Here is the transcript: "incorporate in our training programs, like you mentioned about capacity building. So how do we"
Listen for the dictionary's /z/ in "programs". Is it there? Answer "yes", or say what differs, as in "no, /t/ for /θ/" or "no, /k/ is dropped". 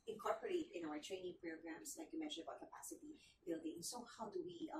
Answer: no, /s/ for /z/